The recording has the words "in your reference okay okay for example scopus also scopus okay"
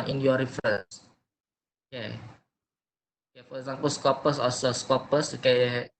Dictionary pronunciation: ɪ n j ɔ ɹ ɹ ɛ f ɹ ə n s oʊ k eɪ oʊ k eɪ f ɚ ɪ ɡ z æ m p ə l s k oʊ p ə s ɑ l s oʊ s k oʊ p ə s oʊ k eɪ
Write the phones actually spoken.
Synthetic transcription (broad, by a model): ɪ n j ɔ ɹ ɹ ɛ f ɹ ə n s oʊ k eɪ oʊ k eɪ f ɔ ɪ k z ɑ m p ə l s k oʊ p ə s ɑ s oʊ s k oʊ p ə s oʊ k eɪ